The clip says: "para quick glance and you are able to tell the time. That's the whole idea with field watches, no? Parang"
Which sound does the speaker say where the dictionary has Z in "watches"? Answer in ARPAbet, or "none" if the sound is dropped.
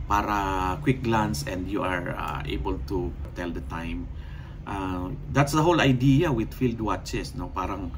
S